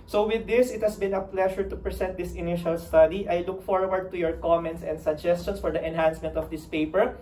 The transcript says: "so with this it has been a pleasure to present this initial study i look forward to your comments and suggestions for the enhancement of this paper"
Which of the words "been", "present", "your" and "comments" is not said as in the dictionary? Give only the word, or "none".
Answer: present